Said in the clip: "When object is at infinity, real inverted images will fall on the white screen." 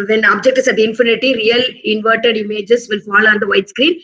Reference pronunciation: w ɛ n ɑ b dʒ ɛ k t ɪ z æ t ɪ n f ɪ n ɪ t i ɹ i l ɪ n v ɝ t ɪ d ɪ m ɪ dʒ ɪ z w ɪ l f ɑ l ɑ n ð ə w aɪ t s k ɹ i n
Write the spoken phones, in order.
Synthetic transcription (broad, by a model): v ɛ n ɑ b dʒ ɛ k t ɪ s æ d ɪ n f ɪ n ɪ t i ɹ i l ɪ n v ɝ t ɪ d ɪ m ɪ dʒ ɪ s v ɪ l f ɑ l ɑ n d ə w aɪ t s k ɹ i n